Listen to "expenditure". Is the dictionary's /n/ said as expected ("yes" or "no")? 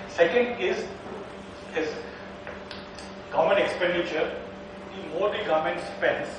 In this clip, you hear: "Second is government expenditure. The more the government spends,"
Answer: yes